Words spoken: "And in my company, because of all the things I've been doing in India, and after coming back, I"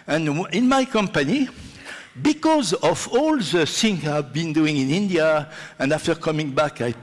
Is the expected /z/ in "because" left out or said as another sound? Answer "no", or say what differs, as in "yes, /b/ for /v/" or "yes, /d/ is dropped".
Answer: no